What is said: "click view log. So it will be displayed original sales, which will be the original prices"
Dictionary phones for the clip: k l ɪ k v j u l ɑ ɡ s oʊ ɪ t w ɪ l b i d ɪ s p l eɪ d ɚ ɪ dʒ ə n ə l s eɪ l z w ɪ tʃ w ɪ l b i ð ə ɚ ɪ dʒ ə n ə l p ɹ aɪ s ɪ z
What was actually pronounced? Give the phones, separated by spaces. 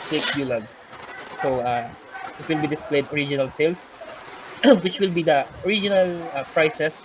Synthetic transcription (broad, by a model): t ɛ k b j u l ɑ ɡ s oʊ ɪ t w ɪ l b i d ɪ s p l eɪ d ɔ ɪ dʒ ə n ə l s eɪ l s w ɪ tʃ w ɪ l b i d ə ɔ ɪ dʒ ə n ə l p ɹ aɪ s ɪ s